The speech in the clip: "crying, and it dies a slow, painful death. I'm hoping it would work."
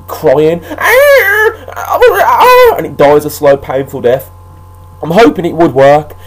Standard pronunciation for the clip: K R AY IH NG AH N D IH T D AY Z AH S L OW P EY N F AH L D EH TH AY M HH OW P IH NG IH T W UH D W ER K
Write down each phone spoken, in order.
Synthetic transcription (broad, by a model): K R AY IH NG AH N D IH T D AY Z AH S L OW P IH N F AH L D EH TH AY M HH OW P IH NG IH T W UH D W ER K